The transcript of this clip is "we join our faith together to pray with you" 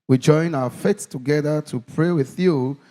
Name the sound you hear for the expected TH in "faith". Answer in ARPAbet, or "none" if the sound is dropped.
S